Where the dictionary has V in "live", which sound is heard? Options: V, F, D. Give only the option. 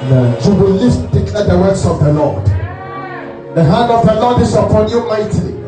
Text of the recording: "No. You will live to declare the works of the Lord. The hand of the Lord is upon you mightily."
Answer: F